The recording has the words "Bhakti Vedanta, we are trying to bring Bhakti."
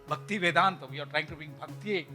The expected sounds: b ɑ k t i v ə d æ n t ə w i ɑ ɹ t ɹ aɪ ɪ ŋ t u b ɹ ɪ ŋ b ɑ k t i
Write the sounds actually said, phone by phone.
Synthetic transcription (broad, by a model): b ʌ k t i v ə d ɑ n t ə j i ɑ ɹ t ɹ aɪ ɪ ŋ t u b i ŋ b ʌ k t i